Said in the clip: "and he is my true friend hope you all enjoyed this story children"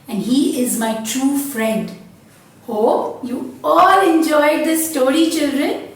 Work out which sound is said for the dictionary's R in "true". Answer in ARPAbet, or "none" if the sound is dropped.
R